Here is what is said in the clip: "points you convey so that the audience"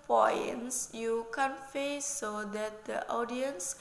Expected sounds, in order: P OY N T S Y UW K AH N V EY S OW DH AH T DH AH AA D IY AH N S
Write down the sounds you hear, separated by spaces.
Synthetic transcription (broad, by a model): P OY N S Y UW K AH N F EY S OW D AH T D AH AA D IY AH N S